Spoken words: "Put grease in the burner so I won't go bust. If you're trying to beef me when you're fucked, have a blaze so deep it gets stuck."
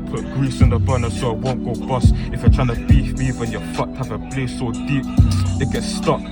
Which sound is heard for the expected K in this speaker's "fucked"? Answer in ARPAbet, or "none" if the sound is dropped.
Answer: none